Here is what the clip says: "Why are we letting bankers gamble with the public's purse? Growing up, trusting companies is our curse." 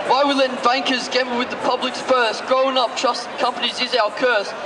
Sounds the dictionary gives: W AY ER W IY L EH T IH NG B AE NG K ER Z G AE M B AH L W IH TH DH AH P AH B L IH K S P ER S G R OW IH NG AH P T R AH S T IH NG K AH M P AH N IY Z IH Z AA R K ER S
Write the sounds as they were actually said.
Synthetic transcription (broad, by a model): W AY W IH L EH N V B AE NG K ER Z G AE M AH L W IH DH AH P AH B L IH K S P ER S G R OW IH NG AH P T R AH S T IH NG K AH M P AH N IY Z IH Z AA L K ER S